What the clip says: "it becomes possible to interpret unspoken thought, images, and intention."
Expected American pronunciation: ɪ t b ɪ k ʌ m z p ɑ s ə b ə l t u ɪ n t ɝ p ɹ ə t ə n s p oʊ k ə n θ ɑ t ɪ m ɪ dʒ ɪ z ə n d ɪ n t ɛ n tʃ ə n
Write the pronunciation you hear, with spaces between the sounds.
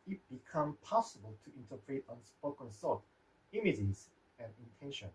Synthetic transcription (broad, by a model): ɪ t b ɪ k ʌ m p ɑ s ə b ə l t u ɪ n t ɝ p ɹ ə t ə n s p oʊ k ə n s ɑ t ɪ m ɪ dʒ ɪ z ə n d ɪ n t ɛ n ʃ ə n